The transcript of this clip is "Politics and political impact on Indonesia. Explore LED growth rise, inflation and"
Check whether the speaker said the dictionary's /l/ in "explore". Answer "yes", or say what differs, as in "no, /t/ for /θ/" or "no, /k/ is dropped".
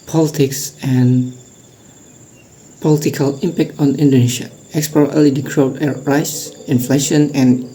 no, /l/ is dropped